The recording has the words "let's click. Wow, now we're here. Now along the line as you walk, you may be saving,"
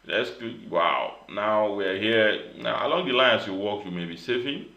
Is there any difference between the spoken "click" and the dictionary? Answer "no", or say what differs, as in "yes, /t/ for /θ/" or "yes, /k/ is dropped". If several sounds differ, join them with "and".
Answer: yes, /l/ is dropped